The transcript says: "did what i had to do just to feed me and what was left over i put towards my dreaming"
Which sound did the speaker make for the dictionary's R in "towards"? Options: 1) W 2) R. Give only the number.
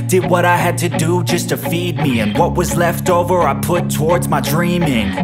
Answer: 2